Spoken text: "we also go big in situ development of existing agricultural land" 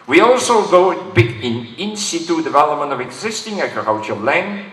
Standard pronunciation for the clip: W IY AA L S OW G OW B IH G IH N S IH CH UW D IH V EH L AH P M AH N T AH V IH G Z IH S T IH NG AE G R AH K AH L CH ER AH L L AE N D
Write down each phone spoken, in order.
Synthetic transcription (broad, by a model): W IY AA L S OW G OW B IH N IH N S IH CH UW D IH V EH L AH P M AH N T AH V IH G Z IH S T IH NG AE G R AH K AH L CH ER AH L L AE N